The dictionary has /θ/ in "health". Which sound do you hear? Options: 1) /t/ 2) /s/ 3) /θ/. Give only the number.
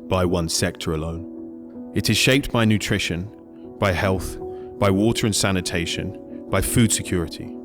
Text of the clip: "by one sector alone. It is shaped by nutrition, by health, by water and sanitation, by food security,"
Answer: 3